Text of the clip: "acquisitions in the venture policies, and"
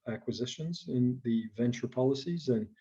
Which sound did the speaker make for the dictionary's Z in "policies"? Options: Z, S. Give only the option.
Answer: Z